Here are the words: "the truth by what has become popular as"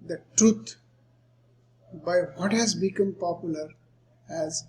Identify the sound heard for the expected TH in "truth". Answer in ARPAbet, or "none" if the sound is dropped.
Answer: T